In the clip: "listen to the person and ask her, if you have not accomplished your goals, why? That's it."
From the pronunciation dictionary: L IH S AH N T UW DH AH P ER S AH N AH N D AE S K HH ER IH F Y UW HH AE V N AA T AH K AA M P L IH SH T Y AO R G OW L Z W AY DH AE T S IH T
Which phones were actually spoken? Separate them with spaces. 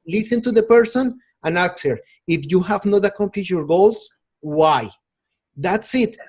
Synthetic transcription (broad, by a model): L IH S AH N T UW DH AH P ER S AH N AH N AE K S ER IH F Y UW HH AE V N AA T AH K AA M P L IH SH Y AO R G OW L S W AY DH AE T S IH T